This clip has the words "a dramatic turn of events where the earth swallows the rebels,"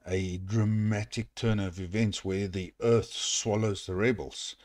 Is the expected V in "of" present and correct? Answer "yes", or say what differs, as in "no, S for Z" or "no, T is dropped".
yes